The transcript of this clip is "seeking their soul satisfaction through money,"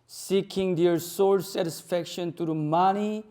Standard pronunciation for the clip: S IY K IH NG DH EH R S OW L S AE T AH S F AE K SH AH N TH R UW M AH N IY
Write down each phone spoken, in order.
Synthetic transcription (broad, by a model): S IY K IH NG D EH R S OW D S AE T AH S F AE K SH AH N T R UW M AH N IY